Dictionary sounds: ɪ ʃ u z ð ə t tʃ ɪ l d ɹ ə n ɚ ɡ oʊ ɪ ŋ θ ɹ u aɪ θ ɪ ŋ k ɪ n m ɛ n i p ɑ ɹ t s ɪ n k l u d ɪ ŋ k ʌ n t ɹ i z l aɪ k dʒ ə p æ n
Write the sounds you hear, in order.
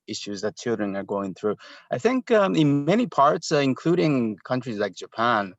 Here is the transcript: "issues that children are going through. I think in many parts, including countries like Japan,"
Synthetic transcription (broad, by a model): ɪ ʃ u z ð ə t tʃ ɪ l d ɹ ə n ɚ ɡ oʊ ɪ ŋ θ ɹ u aɪ θ ɪ ŋ k ɪ n m ɛ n i p ɑ ɹ t s ɪ n k l u d ɪ ŋ k ʌ n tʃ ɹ i z l aɪ k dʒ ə p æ n